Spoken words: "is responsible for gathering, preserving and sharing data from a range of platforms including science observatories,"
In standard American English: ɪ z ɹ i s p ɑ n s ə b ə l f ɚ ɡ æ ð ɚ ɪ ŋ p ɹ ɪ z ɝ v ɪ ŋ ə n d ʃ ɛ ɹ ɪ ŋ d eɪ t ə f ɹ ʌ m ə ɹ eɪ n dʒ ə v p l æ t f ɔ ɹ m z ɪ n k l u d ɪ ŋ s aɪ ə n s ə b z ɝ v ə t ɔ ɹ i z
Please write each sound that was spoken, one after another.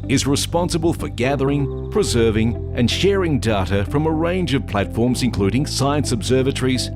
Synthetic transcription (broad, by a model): ɪ z ɹ i s p ɑ n s ə b ə l f ɚ ɡ æ ð ɚ ɪ ŋ p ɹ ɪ z ɝ v ɪ ŋ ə n ʃ ɛ ɹ ɪ ŋ d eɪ t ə f ɹ ʌ m ə ɹ eɪ n dʒ ə v p l æ t f ɔ ɹ m z ɪ n k l u d ɪ ŋ s aɪ ə n s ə b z ɝ v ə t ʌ ɹ i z